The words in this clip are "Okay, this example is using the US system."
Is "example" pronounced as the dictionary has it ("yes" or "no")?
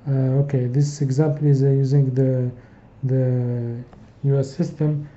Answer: yes